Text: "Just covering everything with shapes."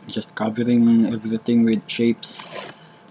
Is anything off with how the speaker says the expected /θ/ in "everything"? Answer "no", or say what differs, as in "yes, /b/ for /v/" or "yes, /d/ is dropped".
yes, /t/ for /θ/